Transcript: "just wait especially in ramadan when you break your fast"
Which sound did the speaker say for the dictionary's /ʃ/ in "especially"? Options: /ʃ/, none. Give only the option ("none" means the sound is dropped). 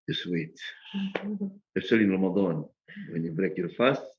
none